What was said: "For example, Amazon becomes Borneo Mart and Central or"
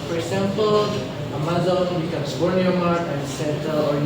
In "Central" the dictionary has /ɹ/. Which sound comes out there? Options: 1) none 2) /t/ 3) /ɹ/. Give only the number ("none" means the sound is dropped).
1